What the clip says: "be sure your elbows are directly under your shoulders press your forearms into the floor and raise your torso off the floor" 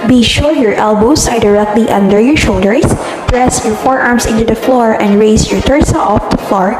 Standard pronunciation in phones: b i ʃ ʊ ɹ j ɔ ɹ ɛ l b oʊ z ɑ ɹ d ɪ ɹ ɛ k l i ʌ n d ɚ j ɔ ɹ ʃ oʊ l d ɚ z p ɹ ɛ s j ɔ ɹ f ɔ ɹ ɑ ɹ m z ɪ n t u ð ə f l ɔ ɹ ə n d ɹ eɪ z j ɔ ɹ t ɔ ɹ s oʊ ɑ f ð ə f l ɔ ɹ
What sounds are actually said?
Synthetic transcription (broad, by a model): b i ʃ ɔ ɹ j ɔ ɹ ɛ l b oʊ s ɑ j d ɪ ɹ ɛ k l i ʌ n d ɚ j ɔ ɹ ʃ oʊ l d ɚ s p ɹ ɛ s j ɔ ɹ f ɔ ɹ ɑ ɹ m s ɪ n t u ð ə f l ɔ ɹ ə n d ɹ eɪ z j ɔ ɹ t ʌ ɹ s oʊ ɑ f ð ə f l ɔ ɹ